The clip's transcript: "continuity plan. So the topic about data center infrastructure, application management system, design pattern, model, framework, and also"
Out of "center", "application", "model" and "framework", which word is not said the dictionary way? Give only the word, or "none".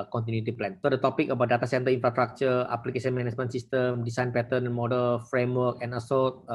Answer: application